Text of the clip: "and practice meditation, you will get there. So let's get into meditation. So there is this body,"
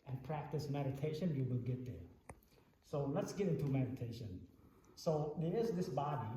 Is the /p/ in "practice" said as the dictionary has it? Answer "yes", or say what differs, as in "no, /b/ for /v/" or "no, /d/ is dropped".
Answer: yes